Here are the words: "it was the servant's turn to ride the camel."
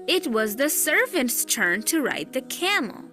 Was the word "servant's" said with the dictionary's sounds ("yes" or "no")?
yes